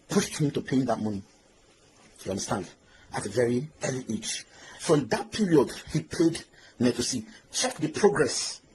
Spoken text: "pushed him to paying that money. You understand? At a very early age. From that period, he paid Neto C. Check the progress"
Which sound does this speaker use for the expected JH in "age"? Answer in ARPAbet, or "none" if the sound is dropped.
CH